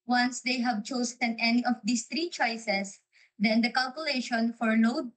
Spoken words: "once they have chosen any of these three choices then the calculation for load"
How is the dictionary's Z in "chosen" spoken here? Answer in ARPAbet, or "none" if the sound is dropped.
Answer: S